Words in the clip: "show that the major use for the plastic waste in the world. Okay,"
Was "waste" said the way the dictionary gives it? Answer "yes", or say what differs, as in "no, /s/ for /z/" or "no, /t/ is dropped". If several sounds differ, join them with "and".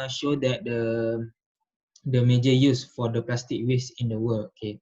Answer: no, /t/ is dropped